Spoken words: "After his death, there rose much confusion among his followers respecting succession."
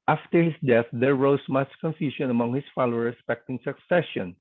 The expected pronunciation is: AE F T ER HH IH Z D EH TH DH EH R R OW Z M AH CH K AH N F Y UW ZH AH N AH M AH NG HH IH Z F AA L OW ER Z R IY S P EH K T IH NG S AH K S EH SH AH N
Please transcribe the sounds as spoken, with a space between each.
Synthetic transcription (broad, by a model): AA F T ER HH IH S D EH TH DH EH R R OW S M AH CH K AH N F Y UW S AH N AH M AH NG HH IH S F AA L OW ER R IY S P EH K T IH NG S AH K S EH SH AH N